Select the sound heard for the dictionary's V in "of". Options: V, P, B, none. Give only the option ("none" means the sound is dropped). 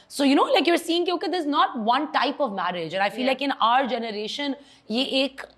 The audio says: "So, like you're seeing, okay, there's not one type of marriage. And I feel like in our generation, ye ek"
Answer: V